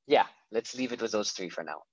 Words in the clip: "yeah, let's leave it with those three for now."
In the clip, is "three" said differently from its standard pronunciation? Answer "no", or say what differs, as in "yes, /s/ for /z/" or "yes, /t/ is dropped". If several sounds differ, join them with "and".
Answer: no